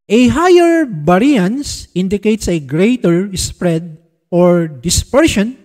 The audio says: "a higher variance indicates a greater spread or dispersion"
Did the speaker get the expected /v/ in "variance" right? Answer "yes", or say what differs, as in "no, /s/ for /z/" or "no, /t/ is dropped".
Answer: no, /b/ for /v/